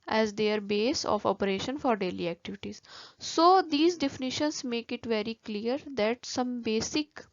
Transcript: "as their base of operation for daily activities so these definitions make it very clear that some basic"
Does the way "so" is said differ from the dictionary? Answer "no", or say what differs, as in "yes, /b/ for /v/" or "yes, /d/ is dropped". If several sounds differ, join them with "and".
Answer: no